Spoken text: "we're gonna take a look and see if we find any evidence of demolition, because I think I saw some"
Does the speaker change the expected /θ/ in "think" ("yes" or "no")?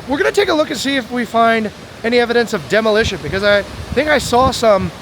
no